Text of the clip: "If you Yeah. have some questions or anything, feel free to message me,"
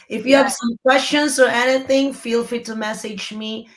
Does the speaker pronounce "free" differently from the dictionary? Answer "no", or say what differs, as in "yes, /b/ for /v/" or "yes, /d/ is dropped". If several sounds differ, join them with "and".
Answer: yes, /ɹ/ is dropped